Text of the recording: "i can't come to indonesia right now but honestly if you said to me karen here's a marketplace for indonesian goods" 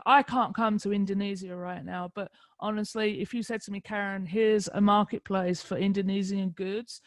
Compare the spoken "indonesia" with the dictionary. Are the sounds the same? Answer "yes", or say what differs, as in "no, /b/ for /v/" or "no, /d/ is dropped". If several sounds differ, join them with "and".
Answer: no, /z/ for /ʒ/